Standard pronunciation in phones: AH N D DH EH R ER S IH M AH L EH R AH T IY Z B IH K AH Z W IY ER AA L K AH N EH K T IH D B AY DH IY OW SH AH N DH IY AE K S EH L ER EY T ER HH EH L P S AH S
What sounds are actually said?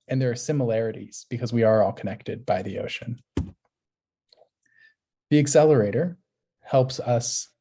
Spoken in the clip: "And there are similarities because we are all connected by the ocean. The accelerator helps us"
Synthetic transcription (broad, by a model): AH N DH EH R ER S IH M AH L EH R AH T IY Z B IH K AH Z W IY ER AA L K AH N EH K T IH D B AY DH IY OW SH AH N DH IY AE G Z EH L ER EY T ER HH EH L P S AH S